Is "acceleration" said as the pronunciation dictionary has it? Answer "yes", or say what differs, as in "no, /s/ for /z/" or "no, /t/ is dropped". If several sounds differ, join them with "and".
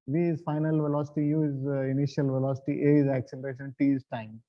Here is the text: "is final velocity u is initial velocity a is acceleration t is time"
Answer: yes